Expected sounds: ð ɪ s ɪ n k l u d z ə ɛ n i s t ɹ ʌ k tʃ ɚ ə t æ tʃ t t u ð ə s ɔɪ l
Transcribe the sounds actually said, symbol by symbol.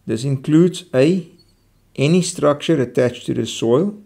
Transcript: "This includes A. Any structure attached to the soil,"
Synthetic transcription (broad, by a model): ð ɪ s ɪ n k l u d z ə ɛ n i s t ɹ ʌ k tʃ ɚ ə t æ tʃ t t u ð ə s ɔɪ l